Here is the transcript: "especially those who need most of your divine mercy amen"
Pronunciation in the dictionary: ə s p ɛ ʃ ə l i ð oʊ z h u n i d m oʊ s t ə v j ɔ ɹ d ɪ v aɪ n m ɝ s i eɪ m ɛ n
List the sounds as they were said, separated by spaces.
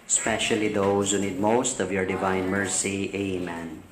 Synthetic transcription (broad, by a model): s p ɛ ʃ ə l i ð oʊ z h u n i d m oʊ s t ə v j ɔ ɹ d ɪ v aɪ n m ɝ s i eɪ m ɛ n